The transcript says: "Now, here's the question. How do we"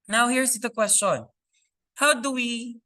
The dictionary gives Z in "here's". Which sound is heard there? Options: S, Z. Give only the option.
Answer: S